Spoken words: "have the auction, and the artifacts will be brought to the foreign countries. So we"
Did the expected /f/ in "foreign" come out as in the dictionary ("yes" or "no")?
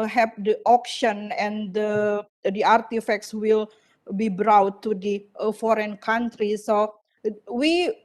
yes